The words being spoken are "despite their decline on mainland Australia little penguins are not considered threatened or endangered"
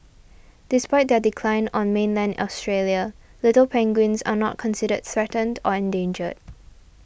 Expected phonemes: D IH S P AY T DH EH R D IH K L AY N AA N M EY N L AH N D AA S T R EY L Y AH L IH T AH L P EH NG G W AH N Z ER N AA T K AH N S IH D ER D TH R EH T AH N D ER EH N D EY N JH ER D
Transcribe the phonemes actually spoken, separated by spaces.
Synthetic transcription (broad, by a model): D IH S P AY T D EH D IH K L AY N AA N M EY N L AH N D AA S T R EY L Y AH L IH T AH L P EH NG G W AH N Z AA N AA T K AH N S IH D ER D TH R EH T AH N D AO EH N D EY N JH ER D